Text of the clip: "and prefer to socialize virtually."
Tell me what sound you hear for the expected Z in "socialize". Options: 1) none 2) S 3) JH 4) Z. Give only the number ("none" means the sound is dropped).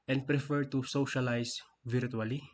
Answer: 2